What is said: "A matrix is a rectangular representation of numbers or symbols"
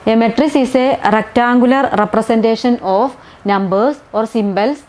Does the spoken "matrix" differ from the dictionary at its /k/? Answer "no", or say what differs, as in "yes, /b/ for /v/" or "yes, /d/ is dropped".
yes, /k/ is dropped